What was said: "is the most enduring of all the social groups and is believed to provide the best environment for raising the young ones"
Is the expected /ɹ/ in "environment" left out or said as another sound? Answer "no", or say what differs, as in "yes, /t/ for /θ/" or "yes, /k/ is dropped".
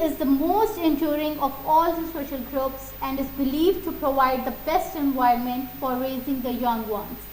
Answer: yes, /ɹ/ is dropped